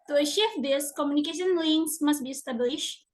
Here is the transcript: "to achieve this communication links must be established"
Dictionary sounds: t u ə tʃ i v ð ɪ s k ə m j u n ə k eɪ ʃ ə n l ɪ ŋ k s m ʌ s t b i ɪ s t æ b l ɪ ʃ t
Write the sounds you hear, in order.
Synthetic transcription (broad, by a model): t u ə ʃ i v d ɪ s k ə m j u n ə k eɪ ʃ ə n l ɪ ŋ s m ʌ s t b i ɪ s t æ b l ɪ ʃ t